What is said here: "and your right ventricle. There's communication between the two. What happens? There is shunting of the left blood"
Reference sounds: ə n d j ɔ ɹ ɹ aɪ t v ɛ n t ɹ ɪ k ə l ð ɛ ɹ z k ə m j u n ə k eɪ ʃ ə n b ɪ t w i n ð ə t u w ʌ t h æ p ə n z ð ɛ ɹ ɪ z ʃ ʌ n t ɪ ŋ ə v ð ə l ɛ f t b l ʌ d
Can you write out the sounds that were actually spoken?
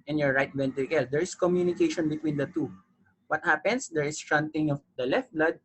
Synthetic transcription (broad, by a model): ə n j ɔ ɹ ɹ aɪ t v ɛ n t ɪ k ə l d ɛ ɹ s k ə m j u n ə k eɪ ʃ ə n b ɪ t w i n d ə t u w ʌ t h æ p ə n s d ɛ ɹ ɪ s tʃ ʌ n t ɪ ŋ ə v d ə l ɛ f t b l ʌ d